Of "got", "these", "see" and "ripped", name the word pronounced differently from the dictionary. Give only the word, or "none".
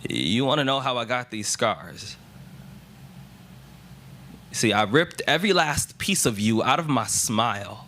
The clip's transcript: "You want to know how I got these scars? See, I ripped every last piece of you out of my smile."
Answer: none